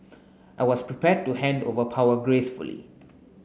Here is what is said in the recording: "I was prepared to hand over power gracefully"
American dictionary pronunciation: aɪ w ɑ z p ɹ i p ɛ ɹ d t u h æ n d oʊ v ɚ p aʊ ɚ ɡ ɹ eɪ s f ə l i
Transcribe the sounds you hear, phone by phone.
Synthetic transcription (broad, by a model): aɪ w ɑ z p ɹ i p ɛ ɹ d t u h æ n d oʊ v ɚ p aʊ ɚ ɡ ɹ eɪ s f ə l i